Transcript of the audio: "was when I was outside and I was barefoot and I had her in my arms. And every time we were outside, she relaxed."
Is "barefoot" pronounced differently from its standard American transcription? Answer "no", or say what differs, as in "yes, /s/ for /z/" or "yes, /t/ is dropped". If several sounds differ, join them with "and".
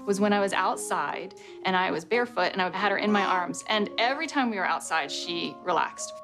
no